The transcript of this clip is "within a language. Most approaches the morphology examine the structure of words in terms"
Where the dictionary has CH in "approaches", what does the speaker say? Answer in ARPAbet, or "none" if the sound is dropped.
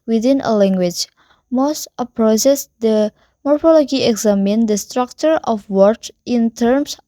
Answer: S